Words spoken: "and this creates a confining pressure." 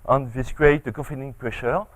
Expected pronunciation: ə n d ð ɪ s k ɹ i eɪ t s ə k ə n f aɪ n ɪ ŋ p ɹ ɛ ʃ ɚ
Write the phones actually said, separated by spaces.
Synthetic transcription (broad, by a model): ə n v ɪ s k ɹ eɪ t ə k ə f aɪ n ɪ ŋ p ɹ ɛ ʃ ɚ